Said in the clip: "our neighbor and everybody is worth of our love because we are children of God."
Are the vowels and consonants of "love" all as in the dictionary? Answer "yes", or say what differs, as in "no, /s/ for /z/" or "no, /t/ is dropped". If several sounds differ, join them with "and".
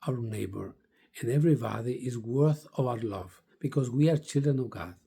yes